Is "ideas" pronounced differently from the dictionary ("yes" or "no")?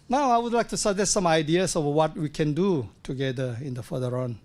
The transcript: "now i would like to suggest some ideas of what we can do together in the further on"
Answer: yes